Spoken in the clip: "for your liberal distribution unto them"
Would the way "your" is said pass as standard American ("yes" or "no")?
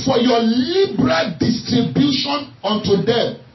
no